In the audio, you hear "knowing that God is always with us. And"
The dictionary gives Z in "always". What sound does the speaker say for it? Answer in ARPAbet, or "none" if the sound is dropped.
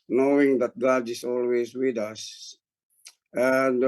S